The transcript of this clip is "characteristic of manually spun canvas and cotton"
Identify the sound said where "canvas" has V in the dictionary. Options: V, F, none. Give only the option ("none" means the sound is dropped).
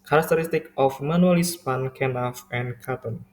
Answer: none